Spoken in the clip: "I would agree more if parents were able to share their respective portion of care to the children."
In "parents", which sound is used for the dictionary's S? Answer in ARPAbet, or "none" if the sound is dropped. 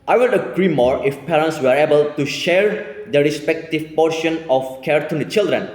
S